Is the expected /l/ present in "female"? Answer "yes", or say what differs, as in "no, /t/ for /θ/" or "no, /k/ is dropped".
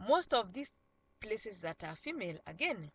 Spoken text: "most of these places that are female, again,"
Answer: yes